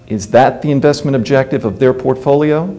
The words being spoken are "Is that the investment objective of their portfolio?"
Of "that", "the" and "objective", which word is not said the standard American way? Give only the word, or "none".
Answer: none